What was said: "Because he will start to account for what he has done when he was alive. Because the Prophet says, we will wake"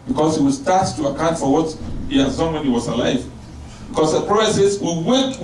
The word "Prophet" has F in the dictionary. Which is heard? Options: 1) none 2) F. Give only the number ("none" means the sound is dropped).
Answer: 1